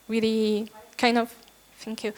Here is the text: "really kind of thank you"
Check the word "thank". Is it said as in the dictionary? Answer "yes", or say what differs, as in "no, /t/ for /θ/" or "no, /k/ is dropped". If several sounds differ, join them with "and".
no, /f/ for /θ/